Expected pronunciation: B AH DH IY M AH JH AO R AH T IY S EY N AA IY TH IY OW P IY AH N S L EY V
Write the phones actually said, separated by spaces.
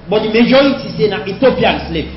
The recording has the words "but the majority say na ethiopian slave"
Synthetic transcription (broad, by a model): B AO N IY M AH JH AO AH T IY S EY N AA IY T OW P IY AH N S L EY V